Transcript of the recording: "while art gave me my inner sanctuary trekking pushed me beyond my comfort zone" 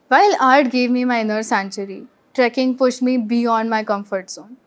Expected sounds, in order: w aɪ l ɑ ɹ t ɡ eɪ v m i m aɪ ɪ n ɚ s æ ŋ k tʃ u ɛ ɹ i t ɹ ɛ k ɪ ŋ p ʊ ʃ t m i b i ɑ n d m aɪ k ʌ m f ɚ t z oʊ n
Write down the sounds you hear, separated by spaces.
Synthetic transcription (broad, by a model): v aɪ l ɑ ɹ t ɡ eɪ v m i m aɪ ɪ n ɚ s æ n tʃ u ɹ i t ɹ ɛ k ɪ ŋ p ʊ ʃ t m i b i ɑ n d m aɪ k ʌ m f ɚ t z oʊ n